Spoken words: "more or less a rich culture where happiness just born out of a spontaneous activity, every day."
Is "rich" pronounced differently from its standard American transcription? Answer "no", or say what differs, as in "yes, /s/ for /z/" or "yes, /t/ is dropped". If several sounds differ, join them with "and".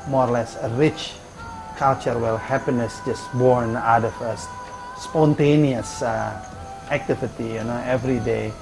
no